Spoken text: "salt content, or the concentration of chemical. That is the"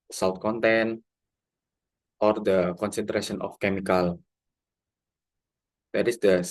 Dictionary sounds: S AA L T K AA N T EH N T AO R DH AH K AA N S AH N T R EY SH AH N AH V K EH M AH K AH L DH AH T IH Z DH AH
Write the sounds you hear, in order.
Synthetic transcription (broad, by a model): S AA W T K AA N T EH N T AO R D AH K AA N S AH N T R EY S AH N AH F K EH M AH K AH L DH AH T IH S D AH